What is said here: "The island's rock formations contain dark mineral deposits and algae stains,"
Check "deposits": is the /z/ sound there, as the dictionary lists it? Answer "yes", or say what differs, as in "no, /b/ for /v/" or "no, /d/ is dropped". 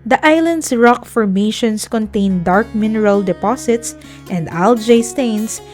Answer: no, /s/ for /z/